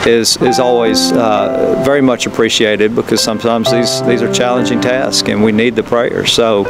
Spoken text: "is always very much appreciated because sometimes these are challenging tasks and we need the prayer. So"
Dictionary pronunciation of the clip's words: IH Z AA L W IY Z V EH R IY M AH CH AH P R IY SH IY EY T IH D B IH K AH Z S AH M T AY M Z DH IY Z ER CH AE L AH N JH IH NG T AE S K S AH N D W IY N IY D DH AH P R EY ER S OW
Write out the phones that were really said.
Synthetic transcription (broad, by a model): IH Z AA L W IY Z V EH R IY M AH CH AH P R IY SH IY EY T IH D B IH K AH Z S AH M T AY M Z DH IY Z ER CH AE L AH N JH IH NG T AE S K AH N W IY N IY D DH AH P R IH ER S OW